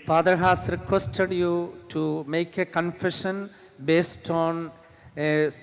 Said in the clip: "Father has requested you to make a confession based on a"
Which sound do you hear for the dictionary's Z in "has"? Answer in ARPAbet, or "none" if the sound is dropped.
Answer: S